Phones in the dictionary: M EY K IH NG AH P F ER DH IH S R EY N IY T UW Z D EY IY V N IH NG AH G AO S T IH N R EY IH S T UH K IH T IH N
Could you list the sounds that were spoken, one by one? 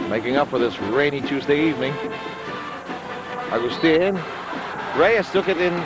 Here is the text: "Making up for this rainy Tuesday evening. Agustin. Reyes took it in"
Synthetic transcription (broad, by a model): M EY K IH NG AH P F ER DH IH S R EY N IY T UW Z D EY IY V N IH NG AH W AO S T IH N R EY IH S T UH K IH T IH N